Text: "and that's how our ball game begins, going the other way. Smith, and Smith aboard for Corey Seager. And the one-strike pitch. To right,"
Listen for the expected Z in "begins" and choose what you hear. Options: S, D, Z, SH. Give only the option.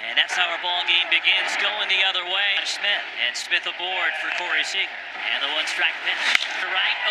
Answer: Z